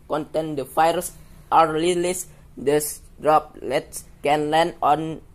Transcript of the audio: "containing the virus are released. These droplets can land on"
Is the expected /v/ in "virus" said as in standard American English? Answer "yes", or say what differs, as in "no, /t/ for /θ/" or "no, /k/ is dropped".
no, /f/ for /v/